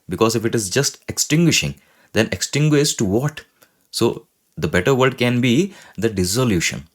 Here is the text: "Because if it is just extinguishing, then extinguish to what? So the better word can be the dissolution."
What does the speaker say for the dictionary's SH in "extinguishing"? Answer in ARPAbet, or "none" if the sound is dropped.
SH